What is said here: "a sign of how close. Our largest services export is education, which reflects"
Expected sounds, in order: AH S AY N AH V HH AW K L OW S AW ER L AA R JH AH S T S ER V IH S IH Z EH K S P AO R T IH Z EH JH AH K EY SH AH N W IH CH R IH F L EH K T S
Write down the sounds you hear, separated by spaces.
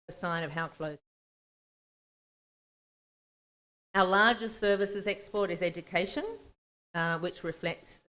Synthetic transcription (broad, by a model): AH S AY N AH V HH AW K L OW AW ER L AA R JH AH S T S ER V IH S IH Z EH K S P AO R T IH Z EH JH AH K EY SH AH N W IH CH R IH F L EH K T S